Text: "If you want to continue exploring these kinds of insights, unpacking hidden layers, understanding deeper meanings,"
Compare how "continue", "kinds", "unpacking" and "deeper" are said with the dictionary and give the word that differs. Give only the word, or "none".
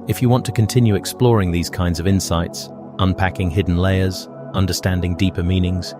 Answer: none